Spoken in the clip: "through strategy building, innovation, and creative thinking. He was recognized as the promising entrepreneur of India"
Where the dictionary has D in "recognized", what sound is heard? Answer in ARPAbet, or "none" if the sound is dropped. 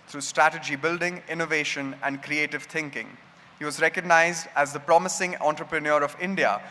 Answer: D